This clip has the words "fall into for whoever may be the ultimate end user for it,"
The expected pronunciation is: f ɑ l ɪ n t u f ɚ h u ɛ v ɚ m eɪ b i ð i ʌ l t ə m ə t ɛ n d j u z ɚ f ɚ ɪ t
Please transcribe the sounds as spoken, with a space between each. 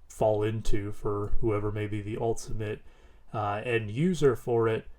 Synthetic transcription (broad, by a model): f ɑ l ɪ n t u f ɚ h u ɛ v ɚ m eɪ b i ð i ʌ l t ə m ə t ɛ n j u z ɚ f ɚ ɪ t